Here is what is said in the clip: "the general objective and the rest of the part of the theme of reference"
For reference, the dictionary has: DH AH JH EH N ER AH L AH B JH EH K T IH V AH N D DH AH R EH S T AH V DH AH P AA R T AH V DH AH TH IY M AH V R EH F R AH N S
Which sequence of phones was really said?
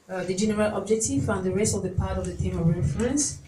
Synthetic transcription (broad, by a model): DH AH JH EH N ER AH L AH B JH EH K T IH F AH N D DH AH R EH S T AH V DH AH P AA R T AH V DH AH T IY M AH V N F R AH N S